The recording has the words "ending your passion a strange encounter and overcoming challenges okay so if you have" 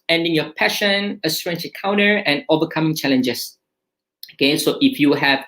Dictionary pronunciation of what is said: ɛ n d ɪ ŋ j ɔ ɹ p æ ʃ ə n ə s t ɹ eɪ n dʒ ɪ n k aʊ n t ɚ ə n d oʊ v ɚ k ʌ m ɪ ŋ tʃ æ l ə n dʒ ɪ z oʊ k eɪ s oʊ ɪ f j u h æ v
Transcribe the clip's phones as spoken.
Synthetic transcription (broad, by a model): ɛ n d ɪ ŋ j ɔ p æ ʃ ə n ə s t ɹ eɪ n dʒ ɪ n k aʊ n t ɚ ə n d oʊ v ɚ k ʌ m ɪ ŋ tʃ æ l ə n dʒ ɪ s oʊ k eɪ s oʊ ɪ f j u h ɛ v